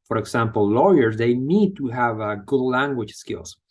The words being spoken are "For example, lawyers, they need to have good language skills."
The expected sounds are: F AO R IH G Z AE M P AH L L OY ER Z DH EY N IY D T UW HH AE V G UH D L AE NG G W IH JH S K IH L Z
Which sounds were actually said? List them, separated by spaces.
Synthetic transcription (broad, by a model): F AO R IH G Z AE M P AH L L OY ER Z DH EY N IY D T UW HH AE V G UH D L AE NG G W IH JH S K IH L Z